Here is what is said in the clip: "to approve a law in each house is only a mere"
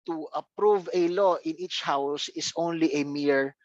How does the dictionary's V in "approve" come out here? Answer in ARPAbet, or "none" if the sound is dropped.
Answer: V